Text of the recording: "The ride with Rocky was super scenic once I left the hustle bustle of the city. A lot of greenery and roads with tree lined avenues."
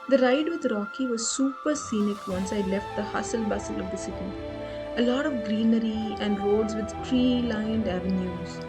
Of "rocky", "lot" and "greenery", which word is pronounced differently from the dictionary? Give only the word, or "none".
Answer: none